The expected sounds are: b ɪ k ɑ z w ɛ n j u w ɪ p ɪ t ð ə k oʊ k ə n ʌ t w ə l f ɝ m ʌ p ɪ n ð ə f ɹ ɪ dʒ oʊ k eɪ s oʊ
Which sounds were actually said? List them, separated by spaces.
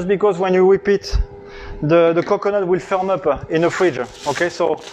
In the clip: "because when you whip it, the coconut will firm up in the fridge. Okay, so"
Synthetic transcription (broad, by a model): b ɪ k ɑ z w ɛ n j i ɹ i p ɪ t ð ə k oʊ k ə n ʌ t w ə l f ɝ m ʌ p ɪ n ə f ɹ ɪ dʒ oʊ k eɪ s oʊ